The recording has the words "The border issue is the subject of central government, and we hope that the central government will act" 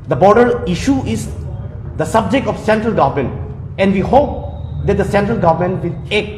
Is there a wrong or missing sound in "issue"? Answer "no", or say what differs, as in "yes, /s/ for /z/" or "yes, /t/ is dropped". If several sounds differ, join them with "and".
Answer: no